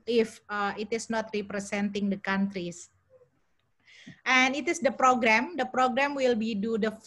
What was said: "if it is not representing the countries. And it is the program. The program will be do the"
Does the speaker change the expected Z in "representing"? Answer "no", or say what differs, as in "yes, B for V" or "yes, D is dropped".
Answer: yes, S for Z